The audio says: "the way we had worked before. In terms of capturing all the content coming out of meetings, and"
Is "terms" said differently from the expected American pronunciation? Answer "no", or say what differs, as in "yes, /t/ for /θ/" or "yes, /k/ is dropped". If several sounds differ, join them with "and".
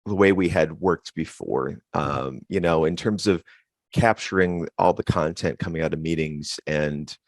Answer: no